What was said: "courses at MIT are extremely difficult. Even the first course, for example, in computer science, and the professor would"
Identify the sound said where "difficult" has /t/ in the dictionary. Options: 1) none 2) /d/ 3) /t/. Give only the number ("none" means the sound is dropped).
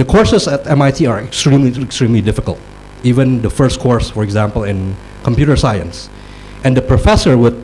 3